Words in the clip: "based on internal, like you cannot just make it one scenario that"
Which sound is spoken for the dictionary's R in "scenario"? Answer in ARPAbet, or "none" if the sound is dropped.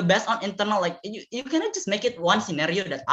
R